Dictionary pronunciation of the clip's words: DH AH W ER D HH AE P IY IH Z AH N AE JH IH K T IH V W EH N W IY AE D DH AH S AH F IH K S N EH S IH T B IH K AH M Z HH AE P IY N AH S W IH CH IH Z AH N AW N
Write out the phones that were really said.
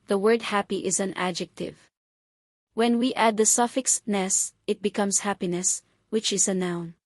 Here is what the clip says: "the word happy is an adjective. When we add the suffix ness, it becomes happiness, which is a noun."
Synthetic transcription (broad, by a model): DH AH W ER D HH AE P IY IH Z AH N AE JH IH K T IH V W EH N W IY AE D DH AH S AH F IH K S N EH S IH T B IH K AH M S HH AE P IY N AH S W IH CH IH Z AH N AW N